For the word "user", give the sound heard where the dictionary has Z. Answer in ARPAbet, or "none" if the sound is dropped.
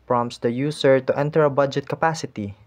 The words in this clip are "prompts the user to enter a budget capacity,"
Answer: S